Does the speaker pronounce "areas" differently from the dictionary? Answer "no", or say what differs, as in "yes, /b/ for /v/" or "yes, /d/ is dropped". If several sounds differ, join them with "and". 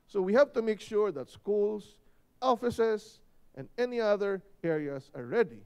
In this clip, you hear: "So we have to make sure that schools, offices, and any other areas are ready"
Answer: yes, /s/ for /z/